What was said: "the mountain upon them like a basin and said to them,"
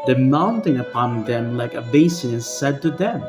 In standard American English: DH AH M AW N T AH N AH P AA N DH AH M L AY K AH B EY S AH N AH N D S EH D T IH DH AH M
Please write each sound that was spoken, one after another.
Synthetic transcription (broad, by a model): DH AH M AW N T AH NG AH P AA N DH AH M L AY K AH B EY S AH AH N S EH D T IH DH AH M